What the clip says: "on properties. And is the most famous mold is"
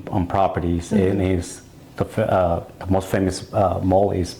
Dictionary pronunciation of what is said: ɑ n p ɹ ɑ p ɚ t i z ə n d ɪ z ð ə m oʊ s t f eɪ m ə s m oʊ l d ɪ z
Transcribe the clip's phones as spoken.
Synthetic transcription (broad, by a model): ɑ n p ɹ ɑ p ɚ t i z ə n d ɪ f ð ə m oʊ s t f eɪ m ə s m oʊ l ɪ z